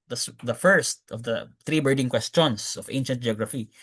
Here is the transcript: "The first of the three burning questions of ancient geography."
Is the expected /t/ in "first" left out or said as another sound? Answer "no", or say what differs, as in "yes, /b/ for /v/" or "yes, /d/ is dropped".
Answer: no